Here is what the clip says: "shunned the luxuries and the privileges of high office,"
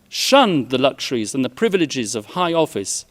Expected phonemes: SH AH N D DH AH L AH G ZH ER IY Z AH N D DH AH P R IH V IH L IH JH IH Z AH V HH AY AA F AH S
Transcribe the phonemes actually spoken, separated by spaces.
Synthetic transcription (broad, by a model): SH AH N DH AH L AH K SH ER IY Z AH N DH AH P R IH V IH L IH JH IH Z AH V HH AY AA F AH S